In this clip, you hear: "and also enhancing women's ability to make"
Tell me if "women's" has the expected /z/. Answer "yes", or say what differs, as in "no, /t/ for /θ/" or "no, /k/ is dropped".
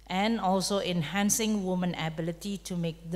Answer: no, /z/ is dropped